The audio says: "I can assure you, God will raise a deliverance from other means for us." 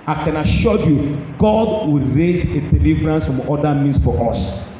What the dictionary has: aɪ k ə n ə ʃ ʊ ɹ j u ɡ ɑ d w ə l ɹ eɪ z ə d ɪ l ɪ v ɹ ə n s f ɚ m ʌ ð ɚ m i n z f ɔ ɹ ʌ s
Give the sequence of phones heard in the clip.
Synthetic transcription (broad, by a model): aɪ k ə n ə ʃ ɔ j u ɡ ɑ d w ə l ɹ eɪ z ə d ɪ l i v ɹ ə n s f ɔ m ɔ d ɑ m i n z f ɔ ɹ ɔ s